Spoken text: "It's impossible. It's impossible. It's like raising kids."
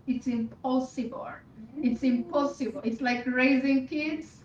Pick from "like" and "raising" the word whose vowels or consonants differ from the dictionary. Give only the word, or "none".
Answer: none